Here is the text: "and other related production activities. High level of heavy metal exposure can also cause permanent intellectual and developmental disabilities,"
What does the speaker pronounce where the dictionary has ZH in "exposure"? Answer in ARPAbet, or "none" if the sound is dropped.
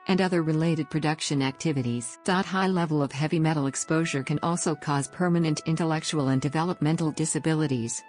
ZH